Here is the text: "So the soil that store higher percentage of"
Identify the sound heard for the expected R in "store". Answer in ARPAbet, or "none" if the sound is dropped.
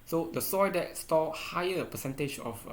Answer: L